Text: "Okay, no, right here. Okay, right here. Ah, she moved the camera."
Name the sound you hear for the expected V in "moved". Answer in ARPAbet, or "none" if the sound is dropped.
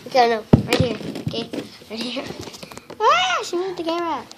none